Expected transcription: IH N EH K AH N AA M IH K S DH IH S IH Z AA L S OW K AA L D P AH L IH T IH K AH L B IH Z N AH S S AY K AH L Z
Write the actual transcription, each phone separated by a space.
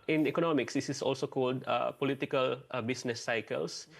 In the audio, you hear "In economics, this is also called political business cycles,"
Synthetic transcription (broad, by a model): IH N EH K AH N AA M IH K S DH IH S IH S AA L S OW K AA L D P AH L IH T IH K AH L B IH S N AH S S AY K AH L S